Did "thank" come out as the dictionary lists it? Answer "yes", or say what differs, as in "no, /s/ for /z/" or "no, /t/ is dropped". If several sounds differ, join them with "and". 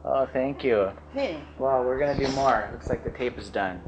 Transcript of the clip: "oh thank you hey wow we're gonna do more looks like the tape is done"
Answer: yes